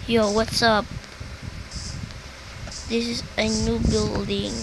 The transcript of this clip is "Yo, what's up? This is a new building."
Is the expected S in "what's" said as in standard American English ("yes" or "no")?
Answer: yes